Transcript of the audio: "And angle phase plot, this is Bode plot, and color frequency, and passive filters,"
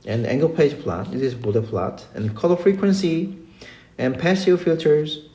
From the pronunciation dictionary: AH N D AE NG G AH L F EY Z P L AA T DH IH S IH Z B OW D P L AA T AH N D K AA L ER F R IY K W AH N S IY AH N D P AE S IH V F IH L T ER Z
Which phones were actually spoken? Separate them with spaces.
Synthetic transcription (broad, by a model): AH N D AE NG G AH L P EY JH P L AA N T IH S IH Z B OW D P L AA T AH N K AA L ER F R IY K W AH N S IY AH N P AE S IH F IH L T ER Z